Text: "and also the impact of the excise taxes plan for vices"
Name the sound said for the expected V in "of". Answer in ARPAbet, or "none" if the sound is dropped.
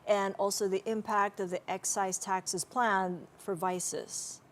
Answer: V